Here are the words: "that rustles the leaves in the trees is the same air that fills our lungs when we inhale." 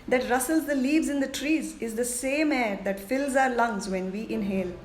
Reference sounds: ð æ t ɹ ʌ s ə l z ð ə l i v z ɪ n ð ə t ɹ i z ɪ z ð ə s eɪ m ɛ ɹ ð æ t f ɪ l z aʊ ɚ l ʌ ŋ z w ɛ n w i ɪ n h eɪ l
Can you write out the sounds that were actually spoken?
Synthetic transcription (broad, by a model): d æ t ɹ ʌ s ə l z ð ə l i v z ɪ n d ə t ɹ i z ɪ z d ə s eɪ m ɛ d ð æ t f ɪ l z aʊ ɚ l ʌ ŋ z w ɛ n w i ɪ n h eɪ l